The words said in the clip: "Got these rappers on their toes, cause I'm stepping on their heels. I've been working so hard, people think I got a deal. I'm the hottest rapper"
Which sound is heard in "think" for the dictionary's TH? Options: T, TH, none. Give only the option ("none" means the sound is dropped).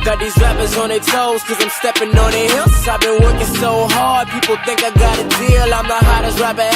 TH